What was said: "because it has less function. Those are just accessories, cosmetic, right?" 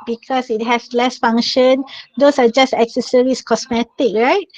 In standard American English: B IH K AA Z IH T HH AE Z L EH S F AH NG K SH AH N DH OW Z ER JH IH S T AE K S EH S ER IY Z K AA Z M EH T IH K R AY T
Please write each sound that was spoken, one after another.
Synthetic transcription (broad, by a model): B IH K AA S IH T HH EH S L EH S F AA NG SH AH N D OW S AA JH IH S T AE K S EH S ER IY S K AA S M EH T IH K R AY T